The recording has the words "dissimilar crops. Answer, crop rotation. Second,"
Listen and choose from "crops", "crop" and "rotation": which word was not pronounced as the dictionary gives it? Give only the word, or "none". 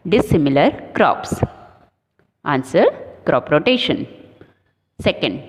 none